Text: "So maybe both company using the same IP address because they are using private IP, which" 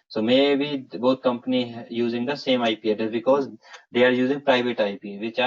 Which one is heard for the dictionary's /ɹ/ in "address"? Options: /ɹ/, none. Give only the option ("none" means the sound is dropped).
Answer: none